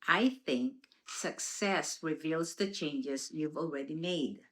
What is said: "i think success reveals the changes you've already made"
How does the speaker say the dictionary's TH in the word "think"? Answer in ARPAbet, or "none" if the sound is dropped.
TH